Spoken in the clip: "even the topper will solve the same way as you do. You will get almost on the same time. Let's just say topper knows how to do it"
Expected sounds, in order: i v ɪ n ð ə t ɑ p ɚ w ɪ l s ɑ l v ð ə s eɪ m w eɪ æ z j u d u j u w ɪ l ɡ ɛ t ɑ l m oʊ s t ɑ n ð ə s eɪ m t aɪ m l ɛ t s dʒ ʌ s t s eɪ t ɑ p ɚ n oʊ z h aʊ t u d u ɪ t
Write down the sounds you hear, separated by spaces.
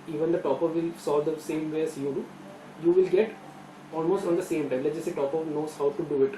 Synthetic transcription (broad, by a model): i v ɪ n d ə t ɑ p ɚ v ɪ l s ɑ l v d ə s eɪ m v eɪ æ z j u d u j u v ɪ l ɡ ɛ t ɑ l m oʊ s t ɑ n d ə s eɪ m t aɪ m l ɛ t dʒ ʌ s s eɪ t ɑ p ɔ n oʊ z h aʊ t u d u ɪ t